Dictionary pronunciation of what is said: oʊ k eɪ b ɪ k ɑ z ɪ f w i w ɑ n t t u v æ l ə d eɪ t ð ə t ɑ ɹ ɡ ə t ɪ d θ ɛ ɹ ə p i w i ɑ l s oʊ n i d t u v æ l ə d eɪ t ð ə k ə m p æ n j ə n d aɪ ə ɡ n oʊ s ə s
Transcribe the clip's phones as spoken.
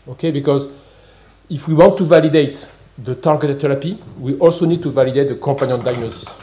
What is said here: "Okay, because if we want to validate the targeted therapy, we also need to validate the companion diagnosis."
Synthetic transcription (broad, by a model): oʊ k eɪ b ɪ k ɑ z ɪ f w i w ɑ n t t u v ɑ l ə d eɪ t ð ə t ɑ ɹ ɡ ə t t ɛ ɹ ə p i w i ɑ l s oʊ n i d t u v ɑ l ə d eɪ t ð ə k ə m p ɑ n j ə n d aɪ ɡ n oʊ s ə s